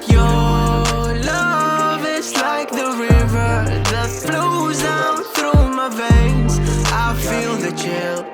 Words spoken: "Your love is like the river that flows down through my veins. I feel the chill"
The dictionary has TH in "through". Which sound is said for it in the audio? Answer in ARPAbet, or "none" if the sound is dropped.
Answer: TH